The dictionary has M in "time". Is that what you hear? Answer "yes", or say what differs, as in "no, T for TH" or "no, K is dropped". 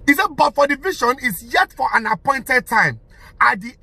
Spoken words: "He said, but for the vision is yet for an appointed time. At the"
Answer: yes